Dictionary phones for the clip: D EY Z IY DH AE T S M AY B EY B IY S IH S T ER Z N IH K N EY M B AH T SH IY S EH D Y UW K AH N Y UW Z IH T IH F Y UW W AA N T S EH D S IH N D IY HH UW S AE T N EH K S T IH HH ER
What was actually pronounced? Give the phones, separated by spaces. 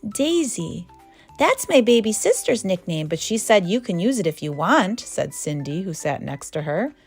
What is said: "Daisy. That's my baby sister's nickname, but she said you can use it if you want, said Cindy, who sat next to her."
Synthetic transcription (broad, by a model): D EY Z IY DH AE T S M AY B EY B IY S IH S T ER Z N IH K N EY M B AH T SH IY S EH D Y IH K AH N Y UW Z IH T IH F Y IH W AA N T S EH D S IH N D IY HH UW S AE T N EH K S T IH ER